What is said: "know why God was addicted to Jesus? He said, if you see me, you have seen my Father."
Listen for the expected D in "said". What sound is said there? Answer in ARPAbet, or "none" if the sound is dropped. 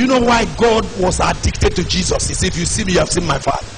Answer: none